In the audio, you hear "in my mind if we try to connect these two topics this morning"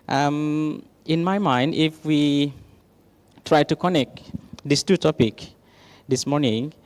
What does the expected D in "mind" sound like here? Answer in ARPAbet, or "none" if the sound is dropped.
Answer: D